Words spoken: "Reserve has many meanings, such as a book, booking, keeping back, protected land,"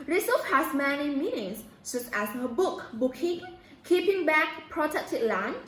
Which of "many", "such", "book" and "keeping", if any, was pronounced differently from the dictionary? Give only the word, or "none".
such